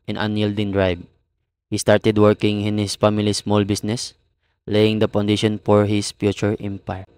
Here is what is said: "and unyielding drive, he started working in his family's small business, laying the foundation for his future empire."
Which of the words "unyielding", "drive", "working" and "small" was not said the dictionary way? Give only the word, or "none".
drive